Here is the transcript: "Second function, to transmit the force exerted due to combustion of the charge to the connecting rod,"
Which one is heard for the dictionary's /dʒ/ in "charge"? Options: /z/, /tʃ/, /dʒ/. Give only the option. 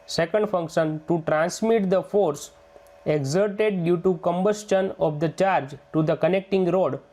/dʒ/